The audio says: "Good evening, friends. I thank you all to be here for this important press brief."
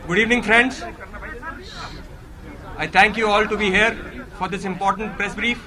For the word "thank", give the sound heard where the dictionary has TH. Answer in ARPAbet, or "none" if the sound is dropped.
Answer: T